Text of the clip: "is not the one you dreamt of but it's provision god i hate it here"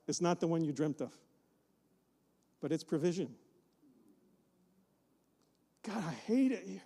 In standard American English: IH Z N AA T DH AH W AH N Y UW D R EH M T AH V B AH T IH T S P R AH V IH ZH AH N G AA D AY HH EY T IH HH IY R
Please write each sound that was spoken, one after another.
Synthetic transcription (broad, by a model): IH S N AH T DH AH W AH N Y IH D R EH M T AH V B AH T IH T S P R AH V IH ZH AH N G AA D AY HH EY T IH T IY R